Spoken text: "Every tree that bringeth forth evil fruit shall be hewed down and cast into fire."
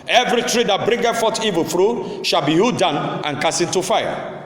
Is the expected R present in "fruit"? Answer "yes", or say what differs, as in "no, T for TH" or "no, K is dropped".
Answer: yes